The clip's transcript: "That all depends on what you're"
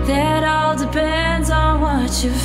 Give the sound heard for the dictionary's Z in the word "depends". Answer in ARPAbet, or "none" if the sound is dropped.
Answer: Z